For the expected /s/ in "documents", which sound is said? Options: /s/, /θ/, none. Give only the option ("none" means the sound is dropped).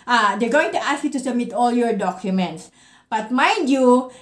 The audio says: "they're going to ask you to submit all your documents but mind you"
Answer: /s/